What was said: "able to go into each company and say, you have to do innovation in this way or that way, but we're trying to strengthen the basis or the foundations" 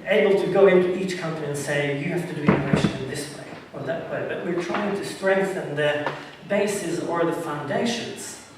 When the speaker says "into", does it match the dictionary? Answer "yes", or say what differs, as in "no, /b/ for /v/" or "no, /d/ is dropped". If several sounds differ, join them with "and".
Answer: yes